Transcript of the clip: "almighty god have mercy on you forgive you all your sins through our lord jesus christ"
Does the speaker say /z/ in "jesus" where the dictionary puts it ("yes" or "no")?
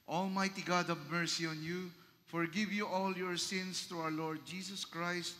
no